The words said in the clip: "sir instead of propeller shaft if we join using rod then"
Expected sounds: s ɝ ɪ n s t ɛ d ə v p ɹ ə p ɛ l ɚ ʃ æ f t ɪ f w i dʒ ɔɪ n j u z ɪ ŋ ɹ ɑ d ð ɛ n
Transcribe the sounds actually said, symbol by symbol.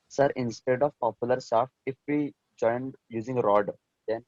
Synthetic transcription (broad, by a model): s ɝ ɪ n s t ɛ d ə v p ə p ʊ l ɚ s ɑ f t ɪ f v i dʒ ɔɪ n j u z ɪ ŋ ɹ ɑ d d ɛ n